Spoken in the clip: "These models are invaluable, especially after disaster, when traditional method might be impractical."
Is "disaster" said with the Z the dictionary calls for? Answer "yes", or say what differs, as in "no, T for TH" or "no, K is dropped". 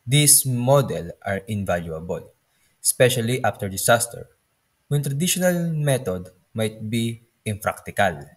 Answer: no, S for Z